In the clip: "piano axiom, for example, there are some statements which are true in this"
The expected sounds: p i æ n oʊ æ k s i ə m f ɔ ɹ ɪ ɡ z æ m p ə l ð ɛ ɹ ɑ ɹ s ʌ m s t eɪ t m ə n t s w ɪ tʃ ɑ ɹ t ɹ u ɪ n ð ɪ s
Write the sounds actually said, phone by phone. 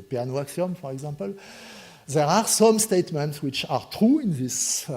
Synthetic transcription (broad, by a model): p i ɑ n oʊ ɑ k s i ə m f ɔ ɹ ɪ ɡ z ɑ m p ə l ð ɛ ɹ ɑ ɹ s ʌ m s t eɪ t m ə n t s w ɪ tʃ ɑ ɹ t ɹ u ɪ n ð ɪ s